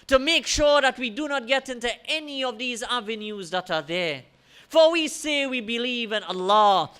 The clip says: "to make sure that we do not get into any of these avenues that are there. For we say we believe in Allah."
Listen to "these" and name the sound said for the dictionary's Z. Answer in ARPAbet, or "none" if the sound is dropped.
Z